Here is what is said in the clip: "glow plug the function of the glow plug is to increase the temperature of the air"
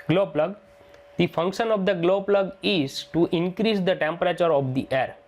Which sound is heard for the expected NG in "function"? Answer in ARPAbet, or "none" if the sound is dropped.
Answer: NG